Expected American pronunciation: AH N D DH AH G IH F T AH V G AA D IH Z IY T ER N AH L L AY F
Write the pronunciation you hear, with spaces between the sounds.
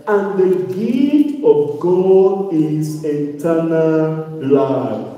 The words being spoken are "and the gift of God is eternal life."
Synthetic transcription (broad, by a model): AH N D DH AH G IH T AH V G AA D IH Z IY T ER N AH L L AY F